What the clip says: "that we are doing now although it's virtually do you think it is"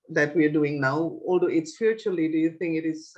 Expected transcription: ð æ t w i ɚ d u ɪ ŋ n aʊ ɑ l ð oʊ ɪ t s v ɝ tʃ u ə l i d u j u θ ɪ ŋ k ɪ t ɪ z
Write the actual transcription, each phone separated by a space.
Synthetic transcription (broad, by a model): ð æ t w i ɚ d u ɪ ŋ n aʊ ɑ l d oʊ ɪ t s p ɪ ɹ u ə l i d u j u θ ɪ ŋ k ɪ t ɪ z